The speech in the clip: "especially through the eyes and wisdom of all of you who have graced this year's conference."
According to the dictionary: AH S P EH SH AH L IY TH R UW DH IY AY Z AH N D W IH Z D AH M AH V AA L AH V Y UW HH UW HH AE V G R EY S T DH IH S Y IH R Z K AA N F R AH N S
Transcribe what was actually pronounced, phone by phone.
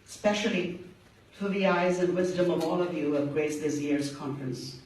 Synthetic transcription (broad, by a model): S P EH SH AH L IY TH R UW DH IY AY Z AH N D W IH Z D AH M AH V AA L AH V Y UW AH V G R EY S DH IH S Y IH R Z K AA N F R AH N S